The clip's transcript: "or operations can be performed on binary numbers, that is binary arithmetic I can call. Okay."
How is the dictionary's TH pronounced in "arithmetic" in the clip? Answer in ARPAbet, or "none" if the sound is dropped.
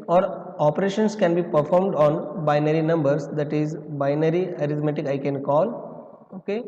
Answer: T